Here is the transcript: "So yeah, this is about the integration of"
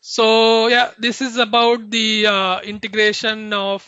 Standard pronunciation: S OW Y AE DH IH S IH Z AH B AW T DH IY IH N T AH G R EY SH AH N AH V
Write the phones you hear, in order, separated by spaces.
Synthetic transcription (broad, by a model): S OW Y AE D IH S IH Z AH B AW T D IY IH N T AH G R EY SH AH N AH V